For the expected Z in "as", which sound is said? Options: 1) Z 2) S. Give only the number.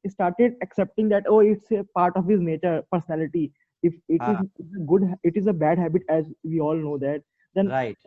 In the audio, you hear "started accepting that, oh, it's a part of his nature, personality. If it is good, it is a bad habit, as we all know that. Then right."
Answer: 1